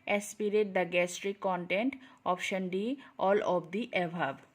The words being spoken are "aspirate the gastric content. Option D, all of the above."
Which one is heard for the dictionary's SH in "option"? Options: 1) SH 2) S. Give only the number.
1